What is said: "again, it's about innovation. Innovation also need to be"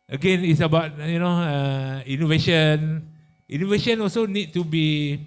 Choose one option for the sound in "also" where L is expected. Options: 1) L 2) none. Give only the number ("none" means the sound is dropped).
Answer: 1